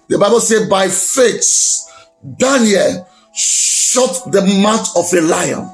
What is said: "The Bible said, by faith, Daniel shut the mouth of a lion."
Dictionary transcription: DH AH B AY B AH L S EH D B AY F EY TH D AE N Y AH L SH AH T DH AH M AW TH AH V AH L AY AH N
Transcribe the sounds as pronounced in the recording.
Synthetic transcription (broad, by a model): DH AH B AY B AH L S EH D B AY F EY S D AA N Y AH L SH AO T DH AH M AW T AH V AH L AY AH N